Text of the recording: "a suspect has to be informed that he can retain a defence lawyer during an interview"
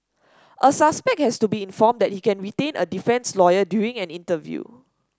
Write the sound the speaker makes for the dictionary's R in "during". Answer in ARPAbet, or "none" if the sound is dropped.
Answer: none